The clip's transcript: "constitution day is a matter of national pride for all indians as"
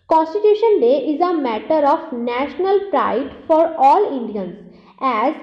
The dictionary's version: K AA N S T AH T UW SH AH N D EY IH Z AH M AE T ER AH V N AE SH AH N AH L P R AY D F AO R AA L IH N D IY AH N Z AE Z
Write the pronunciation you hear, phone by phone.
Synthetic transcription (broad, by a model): K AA N S T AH T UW SH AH N D EY IH Z AH M AE T ER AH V N AE SH AH N AH L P R AY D F AO R AA L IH N D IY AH N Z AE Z